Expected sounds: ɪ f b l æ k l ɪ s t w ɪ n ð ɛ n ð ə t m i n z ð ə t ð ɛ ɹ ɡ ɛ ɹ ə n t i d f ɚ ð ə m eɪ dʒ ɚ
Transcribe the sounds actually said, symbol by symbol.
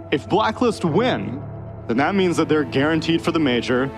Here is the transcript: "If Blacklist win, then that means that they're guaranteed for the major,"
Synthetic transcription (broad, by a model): ɪ f b l æ k l ɪ s t w ɪ n ð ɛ n ð ə t m i n z ð ə t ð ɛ ɹ ɡ ɛ ɹ ə n t i d f ɚ ð ə m eɪ dʒ ɚ